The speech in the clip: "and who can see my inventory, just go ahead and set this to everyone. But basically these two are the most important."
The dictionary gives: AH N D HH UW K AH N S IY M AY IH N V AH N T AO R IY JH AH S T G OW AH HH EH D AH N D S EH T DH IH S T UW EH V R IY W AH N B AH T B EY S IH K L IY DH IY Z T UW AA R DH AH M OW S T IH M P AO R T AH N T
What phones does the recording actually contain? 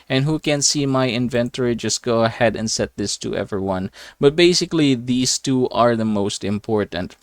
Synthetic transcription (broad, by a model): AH N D HH UW K AH N S IY M AY IH N V AH N T AO R IY JH AH S T G OW AH HH EH D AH N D S EH T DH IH S T UW EH V R IY W AH N B AH T B EY S IH K L IY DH IY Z T UW AA R DH AH M OW S T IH M P AO R T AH N T